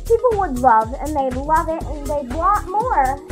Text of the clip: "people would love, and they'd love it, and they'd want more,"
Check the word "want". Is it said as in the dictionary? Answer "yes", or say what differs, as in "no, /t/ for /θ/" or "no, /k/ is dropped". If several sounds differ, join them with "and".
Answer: no, /n/ is dropped